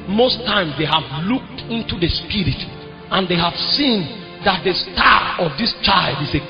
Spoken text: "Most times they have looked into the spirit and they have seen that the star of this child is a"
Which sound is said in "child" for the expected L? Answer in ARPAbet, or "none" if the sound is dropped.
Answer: L